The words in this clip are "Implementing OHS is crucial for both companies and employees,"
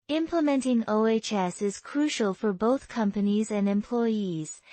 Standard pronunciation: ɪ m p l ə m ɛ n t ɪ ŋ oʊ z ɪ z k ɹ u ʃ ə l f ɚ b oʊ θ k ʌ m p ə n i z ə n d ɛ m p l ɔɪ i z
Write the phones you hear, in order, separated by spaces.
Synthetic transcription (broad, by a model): ɪ m p l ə m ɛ n t ɪ ŋ oʊ s ɪ z k ɹ u ʃ ə l f ɚ b oʊ θ k ʌ m p ə n i z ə n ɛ m p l ɔɪ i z